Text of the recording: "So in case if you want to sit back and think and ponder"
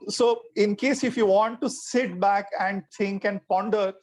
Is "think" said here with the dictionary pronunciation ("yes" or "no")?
no